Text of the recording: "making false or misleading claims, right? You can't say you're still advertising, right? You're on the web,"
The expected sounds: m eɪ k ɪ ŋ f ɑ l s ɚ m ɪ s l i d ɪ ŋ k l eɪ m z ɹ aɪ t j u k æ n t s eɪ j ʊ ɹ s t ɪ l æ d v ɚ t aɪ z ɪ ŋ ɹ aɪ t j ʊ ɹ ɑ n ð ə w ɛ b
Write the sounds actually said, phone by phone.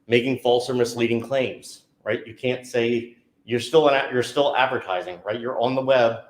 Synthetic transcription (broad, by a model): m eɪ k ɪ ŋ f ɑ l s ɚ m ɪ s l i d ɪ ŋ k l eɪ m z ɹ aɪ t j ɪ k æ n t s eɪ j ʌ ɹ s t ɪ l æ d v ɚ t aɪ z ɪ ŋ ɹ aɪ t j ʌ ɹ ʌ n ð ə w ɛ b